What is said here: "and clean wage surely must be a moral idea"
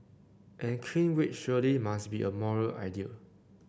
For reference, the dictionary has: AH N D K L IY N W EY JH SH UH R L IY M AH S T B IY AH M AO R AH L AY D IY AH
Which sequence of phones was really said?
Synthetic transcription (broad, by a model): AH N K IY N W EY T SH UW L IY M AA S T B IY AH M AO R AH L AY D IY AH